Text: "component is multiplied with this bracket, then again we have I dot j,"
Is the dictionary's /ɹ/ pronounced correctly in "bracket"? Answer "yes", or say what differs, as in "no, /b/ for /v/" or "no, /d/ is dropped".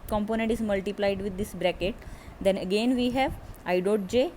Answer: yes